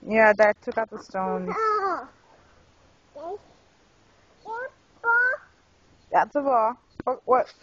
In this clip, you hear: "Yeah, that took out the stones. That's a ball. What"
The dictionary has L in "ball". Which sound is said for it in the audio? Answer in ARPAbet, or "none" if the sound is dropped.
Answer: W